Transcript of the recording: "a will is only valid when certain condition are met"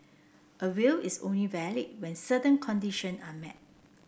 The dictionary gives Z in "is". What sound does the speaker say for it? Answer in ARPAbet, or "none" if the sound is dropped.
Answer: S